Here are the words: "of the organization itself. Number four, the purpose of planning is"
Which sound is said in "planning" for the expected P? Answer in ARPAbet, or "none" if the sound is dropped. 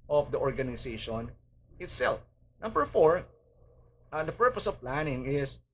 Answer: P